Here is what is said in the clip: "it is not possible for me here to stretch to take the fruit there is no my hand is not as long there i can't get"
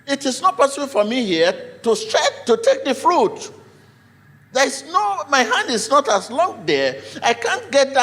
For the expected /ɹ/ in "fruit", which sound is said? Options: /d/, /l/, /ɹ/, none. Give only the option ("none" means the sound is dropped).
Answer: /ɹ/